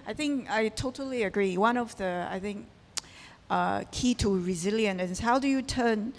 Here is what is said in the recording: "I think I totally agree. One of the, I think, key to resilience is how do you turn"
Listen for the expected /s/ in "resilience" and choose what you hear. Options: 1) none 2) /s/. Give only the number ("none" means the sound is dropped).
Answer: 1